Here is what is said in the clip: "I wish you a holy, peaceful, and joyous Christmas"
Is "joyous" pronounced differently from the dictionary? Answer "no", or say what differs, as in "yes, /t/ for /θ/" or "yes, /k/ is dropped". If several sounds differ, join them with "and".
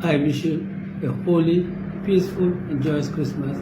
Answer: no